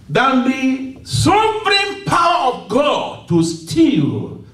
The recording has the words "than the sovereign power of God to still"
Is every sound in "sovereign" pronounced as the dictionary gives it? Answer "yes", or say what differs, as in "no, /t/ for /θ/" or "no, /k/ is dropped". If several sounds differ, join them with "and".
no, /p/ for /v/